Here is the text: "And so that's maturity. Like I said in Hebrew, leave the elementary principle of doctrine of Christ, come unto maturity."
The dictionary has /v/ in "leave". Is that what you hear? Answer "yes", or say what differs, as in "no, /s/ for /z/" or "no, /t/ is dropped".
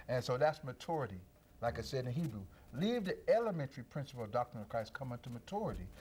yes